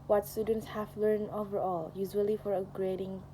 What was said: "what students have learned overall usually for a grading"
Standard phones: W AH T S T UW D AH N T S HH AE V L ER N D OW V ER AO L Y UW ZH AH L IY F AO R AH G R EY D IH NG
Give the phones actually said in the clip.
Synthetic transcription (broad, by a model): W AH T S T UW D AH N T S HH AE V L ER N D OW V ER AO L Y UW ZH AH L IY F AO R AH G R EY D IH NG